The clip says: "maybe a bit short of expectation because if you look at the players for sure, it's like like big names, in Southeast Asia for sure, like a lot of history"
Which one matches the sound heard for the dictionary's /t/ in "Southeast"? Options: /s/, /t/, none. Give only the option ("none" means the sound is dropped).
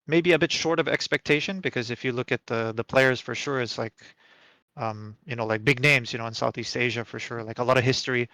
/t/